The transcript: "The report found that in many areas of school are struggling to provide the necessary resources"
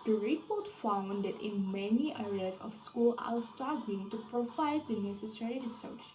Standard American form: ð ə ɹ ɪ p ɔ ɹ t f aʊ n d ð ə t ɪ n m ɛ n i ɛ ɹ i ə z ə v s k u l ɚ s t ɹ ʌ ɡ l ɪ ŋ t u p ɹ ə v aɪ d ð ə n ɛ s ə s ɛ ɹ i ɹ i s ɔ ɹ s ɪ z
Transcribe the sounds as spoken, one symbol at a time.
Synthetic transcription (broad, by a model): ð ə ɹ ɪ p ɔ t f aʊ n d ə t ɪ n m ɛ n i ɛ ɹ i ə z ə f s k u l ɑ s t ɑ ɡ ɪ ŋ t u p ɹ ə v aɪ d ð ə n ɛ s ə s ɛ ɹ i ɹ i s s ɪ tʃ